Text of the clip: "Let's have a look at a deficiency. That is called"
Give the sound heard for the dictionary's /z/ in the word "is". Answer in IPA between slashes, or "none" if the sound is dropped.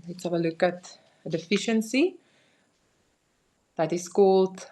/s/